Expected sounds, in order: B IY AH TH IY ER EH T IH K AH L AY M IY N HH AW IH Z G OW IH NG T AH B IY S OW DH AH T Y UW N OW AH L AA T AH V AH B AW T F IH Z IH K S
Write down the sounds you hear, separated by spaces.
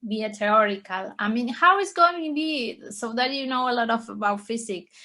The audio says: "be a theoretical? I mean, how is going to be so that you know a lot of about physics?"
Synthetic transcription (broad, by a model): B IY AH T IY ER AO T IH K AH L AY M IY N HH AW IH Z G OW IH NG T B IY S OW DH AH T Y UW N OW AH L AA T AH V AH B AW T F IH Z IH K